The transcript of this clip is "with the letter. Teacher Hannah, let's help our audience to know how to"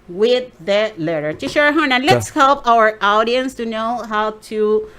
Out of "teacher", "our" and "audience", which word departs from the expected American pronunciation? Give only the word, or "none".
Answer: teacher